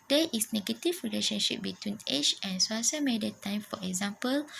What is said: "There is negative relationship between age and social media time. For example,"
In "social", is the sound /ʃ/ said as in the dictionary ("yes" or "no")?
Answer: no